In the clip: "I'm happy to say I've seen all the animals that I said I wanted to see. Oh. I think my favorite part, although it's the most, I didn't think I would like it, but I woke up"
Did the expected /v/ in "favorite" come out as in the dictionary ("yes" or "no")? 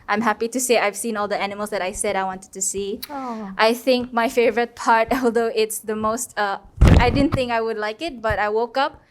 yes